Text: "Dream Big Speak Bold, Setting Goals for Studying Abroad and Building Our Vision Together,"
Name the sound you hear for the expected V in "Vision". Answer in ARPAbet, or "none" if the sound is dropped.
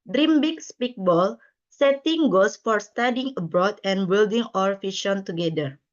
F